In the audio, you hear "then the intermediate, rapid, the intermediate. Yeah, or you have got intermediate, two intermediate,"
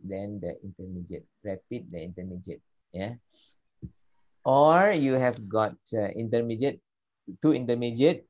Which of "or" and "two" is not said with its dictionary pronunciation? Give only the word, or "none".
none